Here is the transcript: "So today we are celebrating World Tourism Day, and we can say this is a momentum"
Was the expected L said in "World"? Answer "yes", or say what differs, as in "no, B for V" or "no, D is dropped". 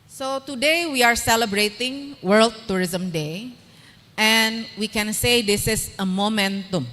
yes